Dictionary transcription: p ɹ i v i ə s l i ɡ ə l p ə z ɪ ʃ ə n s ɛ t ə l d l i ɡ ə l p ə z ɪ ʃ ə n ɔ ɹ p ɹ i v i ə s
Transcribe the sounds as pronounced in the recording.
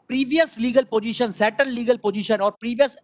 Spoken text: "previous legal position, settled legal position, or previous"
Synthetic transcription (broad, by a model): p ɹ i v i ə s l i ɡ ə l p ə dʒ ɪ ʃ ə n s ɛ t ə n d l i ɡ ə l p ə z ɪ ʃ ə n ɔ ɹ p ɹ i v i ə s